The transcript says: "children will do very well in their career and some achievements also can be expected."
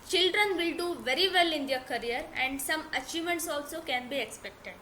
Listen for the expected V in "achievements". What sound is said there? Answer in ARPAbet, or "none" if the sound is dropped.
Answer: none